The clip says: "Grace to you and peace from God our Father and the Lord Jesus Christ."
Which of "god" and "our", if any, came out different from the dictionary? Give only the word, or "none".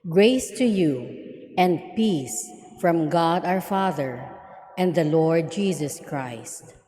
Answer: none